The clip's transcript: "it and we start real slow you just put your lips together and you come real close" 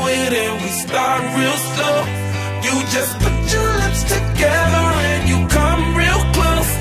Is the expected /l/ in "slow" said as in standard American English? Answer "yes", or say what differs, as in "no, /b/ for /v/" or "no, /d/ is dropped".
no, /l/ is dropped